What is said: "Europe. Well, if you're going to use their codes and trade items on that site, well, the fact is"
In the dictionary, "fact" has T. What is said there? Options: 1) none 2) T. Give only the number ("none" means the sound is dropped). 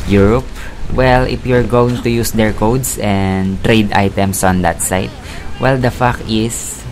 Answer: 1